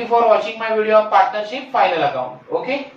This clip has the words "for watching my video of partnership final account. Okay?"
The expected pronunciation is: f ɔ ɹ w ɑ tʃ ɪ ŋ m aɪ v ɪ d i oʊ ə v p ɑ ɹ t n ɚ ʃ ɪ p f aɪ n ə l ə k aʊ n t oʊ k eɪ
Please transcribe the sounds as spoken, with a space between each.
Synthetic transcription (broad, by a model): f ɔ ɹ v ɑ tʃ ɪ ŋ m aɪ v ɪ d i oʊ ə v p ɑ ɹ t n ɚ ʃ ɪ p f aɪ l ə l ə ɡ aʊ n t oʊ k eɪ